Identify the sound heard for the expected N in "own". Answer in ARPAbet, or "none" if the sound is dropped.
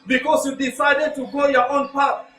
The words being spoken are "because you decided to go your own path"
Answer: N